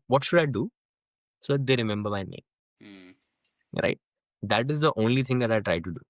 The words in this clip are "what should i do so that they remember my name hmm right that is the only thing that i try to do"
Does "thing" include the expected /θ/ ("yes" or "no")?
no